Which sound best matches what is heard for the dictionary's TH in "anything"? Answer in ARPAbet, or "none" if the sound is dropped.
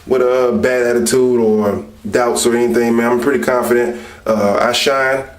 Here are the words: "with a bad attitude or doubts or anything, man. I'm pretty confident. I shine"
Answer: TH